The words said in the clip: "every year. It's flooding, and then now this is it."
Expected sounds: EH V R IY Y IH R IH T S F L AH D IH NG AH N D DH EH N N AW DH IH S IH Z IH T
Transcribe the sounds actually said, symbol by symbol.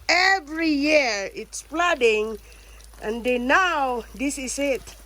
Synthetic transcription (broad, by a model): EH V R IY Y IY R IH T S P L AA D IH NG AH N D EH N N AW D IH S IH S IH T